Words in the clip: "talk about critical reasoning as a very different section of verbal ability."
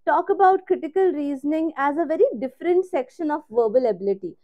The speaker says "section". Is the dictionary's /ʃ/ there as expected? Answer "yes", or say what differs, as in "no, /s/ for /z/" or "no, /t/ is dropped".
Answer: yes